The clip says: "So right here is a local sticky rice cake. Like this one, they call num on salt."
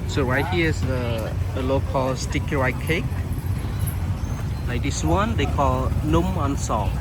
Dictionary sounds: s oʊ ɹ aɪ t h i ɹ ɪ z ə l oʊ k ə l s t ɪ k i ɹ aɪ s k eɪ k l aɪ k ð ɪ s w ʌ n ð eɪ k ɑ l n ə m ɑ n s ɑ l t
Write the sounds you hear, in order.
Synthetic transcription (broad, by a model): s oʊ ɹ aɪ t h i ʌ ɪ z ə l oʊ k ə l s t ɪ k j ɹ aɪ k eɪ k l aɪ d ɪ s w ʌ n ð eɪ k ɑ l n ə m ɑ n s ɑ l